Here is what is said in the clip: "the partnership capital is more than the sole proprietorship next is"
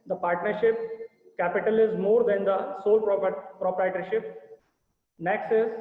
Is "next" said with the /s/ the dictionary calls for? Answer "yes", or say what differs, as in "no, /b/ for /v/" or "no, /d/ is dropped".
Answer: yes